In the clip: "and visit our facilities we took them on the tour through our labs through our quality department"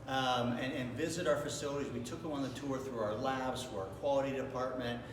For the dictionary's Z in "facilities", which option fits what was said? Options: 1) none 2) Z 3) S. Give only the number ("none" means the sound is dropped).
2